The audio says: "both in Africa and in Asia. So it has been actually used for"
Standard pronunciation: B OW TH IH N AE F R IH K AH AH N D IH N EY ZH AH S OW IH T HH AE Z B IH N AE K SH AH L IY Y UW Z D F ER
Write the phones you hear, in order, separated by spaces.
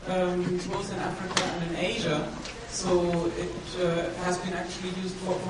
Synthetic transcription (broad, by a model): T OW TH IH N AE F R IH K AH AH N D IH N EY ZH AH S OW IH T HH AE Z B IH N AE K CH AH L IY Y UW Z D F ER